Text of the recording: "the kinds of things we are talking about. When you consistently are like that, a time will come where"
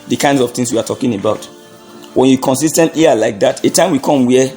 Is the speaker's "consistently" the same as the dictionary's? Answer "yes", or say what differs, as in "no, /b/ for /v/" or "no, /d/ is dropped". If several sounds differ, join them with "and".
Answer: no, /l/ is dropped